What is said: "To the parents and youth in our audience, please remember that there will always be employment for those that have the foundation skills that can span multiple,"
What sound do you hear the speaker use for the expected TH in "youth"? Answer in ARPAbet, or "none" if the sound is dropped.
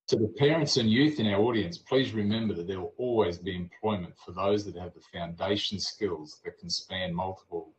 TH